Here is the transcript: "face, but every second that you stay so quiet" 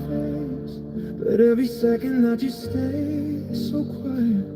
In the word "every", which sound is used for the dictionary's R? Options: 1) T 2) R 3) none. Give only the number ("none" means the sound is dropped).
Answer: 3